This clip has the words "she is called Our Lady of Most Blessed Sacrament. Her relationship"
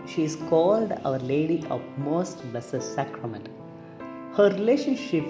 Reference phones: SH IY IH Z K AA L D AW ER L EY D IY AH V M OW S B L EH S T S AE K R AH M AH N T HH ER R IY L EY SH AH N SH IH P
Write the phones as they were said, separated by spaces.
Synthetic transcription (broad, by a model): SH IY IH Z K AA L D AW ER L EY D IY AH V M OW S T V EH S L S AE K R AH M AH N T HH ER R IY L EY SH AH N SH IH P